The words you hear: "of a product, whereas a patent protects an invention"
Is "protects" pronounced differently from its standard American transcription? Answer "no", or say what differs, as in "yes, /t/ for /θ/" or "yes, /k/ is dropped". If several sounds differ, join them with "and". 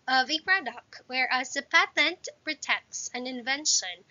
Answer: no